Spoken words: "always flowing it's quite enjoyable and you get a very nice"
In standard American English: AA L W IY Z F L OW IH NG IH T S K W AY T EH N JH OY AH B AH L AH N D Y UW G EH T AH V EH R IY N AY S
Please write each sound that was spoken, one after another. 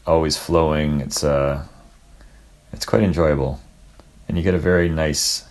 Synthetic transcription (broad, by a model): AA L W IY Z F L OW IH NG IH T S K W AY T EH N JH OY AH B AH L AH N Y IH G EH T AH V EH R IY N AY S